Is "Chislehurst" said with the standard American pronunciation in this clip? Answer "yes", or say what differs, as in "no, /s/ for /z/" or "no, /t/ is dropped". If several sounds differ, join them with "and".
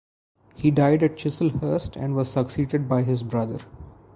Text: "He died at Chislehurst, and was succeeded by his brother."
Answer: yes